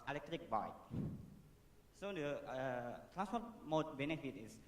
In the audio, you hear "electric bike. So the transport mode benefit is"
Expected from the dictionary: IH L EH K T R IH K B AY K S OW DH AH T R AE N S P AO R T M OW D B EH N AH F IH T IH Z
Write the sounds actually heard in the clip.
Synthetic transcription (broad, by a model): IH L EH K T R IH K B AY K S OW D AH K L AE S AO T M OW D B EH N AH F IH T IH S